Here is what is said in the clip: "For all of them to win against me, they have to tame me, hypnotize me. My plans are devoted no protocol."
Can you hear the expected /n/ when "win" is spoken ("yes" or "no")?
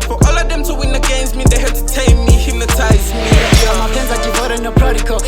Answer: yes